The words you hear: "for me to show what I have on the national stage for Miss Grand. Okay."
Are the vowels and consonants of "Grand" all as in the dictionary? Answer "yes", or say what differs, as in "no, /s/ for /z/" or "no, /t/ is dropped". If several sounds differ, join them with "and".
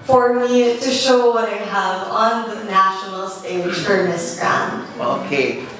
no, /d/ is dropped